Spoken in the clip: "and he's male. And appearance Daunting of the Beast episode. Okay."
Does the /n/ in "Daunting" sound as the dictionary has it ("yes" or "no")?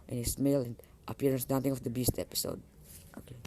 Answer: no